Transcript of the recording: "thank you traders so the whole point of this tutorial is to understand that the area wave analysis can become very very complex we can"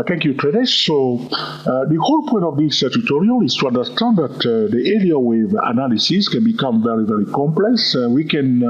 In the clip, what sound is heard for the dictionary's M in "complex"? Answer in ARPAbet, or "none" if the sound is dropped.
M